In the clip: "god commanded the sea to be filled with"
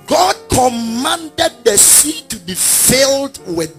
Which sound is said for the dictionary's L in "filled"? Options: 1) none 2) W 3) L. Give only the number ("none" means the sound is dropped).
3